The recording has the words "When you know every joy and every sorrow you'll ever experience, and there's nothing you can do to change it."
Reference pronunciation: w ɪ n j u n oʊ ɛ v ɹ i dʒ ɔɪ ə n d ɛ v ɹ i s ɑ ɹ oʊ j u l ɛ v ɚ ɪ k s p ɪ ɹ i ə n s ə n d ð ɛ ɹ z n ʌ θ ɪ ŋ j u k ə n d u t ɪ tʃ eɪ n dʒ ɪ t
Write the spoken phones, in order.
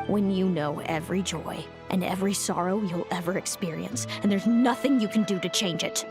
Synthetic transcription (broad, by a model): w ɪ n j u n oʊ ɛ v ɹ i dʒ ɔɪ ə n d ɛ v ɹ i s ɑ ɹ oʊ j u l ɛ v ɚ ɪ k s p ɪ ɹ i ə n s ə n ð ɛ ɹ z n ʌ θ ɪ ŋ j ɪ k n d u t ɪ tʃ eɪ n dʒ ɪ t